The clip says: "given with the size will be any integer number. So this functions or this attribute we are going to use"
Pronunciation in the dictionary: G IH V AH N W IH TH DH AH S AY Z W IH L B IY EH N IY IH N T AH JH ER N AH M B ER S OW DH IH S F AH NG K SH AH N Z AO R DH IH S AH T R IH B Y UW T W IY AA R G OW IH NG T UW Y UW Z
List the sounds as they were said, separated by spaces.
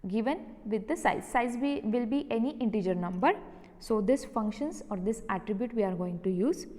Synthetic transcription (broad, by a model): G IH V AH N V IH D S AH S AY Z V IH L B IY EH N IY IH N T AH JH ER N AH M B ER S OW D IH S F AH NG K SH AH N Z AO R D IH S AH T R IH B Y UW T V IY AA R G OW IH NG T UW Y UW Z